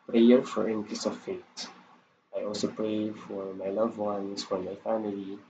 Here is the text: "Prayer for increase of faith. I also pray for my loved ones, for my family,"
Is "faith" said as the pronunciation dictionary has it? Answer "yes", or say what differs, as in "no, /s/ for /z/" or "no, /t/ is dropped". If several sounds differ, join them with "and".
no, /t/ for /θ/